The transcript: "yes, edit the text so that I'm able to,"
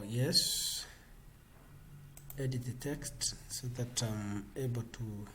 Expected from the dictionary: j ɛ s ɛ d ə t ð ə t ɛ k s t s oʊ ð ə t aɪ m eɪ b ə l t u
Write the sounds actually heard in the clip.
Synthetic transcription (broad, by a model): j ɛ s ɛ d ə t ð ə t ɛ k s t s oʊ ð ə t aɪ m eɪ b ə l t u